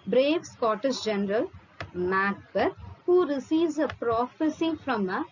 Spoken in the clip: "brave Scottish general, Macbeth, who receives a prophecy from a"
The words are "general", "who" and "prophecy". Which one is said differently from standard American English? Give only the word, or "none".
none